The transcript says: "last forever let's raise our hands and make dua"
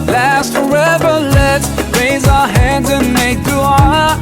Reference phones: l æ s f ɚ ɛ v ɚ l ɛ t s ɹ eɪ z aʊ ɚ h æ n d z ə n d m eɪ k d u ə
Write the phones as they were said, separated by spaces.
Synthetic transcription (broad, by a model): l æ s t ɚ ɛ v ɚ l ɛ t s ɹ eɪ z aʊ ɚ h æ n d z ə n m eɪ k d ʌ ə